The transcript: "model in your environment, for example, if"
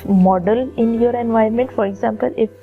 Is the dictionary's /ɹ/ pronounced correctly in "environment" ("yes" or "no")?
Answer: no